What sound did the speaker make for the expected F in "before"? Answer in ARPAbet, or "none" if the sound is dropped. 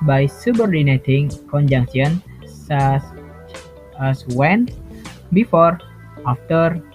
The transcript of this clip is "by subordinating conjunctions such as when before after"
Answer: F